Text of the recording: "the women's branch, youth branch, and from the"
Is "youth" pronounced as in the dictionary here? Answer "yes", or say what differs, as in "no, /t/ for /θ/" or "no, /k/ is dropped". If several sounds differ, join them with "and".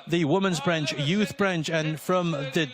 yes